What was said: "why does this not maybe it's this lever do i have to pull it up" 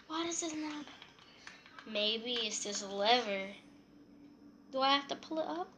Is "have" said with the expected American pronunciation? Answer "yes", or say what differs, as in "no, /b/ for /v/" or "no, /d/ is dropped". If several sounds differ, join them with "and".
no, /f/ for /v/